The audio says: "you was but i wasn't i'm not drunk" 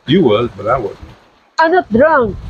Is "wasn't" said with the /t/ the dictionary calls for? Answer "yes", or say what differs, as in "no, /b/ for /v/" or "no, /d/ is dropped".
no, /t/ is dropped